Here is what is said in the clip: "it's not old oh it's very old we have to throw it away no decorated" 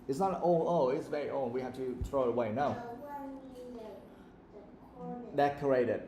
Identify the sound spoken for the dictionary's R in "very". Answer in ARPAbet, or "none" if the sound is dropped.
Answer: R